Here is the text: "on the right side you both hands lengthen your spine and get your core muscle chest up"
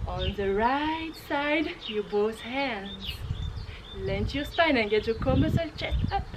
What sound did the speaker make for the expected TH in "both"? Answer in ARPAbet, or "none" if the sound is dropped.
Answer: S